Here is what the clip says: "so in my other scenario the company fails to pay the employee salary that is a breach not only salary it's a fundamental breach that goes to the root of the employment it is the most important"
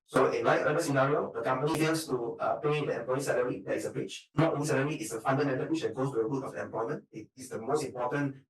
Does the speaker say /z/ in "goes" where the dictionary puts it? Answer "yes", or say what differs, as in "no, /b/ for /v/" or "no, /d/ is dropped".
no, /s/ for /z/